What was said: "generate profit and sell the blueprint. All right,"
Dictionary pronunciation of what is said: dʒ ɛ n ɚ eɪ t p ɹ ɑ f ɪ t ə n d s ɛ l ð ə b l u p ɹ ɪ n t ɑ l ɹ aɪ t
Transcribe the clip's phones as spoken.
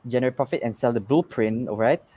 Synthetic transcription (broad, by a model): dʒ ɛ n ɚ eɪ p ɹ ɑ f ɪ t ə n s ɛ l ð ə b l p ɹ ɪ n ɑ l ɹ aɪ t